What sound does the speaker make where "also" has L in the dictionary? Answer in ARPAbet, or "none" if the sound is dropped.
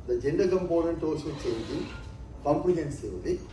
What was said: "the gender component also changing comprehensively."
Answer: none